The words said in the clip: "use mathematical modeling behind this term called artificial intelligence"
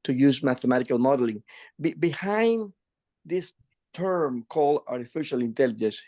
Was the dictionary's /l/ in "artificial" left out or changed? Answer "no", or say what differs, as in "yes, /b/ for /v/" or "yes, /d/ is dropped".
no